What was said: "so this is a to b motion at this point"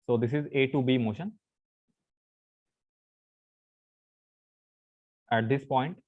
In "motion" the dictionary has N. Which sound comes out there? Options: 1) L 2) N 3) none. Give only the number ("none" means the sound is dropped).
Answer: 2